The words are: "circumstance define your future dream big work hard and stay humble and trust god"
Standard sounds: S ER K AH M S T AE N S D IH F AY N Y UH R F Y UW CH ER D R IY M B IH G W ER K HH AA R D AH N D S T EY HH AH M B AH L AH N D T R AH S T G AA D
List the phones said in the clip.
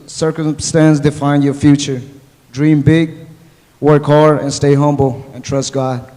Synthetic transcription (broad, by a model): S ER K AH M S T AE N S D IH F AY N Y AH R F Y UW CH ER D R IY M B IH G W ER K HH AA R AH N S T EY HH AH M B L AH N T R AH S T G AA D